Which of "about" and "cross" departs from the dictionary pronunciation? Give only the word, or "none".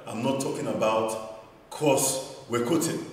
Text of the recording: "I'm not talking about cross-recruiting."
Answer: cross